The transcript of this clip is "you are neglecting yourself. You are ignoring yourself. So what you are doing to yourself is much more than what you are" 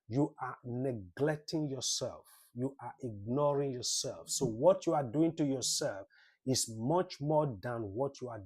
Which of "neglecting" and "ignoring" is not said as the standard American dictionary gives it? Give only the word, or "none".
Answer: none